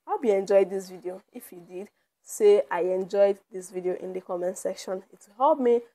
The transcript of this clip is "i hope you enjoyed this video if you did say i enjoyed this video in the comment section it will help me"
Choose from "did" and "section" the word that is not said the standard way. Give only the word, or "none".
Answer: none